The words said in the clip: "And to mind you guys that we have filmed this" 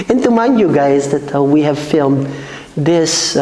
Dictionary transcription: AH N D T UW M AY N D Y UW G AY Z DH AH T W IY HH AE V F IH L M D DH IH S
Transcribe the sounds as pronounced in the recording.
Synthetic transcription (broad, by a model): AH N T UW M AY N Y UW G AY Z DH AH T W IY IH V F IH L M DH IH S